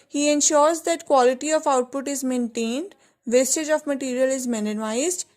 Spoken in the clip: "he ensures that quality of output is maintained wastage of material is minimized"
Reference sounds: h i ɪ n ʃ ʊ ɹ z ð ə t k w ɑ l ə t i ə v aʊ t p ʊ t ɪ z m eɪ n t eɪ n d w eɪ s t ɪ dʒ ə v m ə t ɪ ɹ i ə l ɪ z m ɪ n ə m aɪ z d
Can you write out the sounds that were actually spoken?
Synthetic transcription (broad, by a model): h i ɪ n ʃ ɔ ɹ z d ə t k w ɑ l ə t i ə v aʊ t p ʊ t ɪ z m eɪ n t eɪ n d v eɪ s t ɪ dʒ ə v m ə t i ɹ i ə l ɪ z m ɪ n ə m aɪ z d